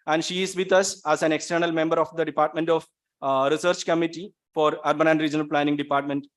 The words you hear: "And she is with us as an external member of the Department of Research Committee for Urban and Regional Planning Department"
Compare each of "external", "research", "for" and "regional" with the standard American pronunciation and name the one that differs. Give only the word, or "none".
none